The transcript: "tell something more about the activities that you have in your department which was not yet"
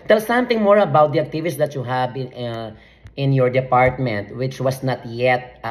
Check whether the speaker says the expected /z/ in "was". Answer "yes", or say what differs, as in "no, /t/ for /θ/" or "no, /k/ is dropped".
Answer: no, /s/ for /z/